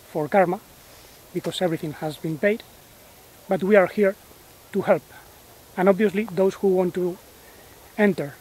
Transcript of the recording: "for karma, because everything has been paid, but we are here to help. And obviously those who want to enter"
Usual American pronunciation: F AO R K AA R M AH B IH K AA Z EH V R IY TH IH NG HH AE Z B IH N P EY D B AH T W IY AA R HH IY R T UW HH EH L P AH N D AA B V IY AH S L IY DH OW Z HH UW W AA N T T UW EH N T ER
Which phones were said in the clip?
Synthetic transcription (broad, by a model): F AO R K AA R M AH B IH K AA S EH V R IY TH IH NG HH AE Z B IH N P EY D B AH T W IY AA R HH IY R T UW HH EH L P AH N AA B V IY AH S L IY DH OW S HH UW W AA N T T UW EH N T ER